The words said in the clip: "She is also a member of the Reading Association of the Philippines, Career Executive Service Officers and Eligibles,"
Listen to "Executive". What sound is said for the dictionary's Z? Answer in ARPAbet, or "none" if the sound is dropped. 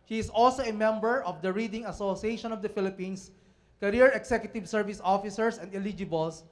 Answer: S